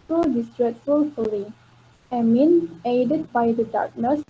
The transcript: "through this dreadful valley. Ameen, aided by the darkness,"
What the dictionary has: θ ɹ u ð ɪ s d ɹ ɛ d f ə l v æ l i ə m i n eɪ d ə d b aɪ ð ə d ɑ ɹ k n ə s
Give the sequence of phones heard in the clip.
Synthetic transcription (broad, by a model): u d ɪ s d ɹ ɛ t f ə l f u l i ə m i n eɪ d ə d b aɪ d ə d ɑ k n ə s